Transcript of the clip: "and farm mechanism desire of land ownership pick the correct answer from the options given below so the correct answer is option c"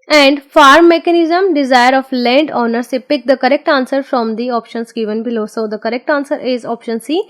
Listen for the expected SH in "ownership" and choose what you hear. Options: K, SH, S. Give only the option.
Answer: S